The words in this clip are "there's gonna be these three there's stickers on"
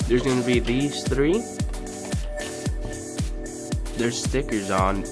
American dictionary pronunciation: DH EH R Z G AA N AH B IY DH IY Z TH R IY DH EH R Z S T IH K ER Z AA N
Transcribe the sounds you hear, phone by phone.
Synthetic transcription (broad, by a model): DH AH R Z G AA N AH B IY DH IY Z TH R IY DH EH R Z S T IH K ER Z N